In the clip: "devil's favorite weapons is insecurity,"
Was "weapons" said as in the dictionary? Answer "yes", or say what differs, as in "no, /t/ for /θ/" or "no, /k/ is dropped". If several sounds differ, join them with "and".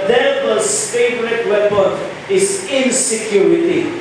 no, /z/ is dropped